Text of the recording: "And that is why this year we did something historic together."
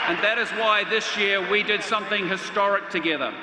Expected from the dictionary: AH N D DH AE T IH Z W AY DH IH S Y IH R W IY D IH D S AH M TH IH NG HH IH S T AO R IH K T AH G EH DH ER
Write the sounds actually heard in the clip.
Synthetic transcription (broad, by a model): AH N DH AE T IH Z W AY DH IH S Y IH R W IY D IH D S AH M TH IH NG HH IH S T AO R IH K T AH G EH DH ER